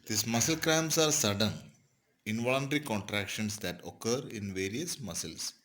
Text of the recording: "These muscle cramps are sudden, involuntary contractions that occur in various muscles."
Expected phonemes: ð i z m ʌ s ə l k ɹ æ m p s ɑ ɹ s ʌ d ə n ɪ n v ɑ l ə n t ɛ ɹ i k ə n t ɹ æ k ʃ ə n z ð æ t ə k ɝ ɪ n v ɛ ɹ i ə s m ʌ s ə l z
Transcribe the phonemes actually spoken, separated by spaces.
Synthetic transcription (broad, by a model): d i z m ʌ s ə l k ɹ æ m s ɑ ɹ s ʌ d ə n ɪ n v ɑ l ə n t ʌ ɹ i k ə n t ɹ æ k ʃ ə n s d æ t ə k ɝ ɪ n v ɛ ɹ i ə s m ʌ s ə l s